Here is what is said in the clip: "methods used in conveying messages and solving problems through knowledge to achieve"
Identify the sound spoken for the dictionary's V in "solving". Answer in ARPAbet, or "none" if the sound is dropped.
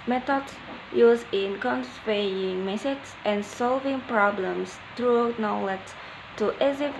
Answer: V